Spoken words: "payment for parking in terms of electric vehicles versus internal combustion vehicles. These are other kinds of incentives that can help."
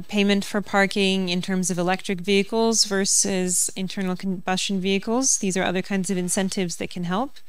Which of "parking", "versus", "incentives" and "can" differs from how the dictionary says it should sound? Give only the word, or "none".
none